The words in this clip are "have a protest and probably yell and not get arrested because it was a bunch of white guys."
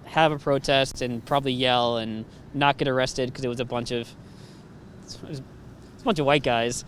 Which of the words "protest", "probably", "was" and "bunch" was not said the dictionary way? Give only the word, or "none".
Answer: was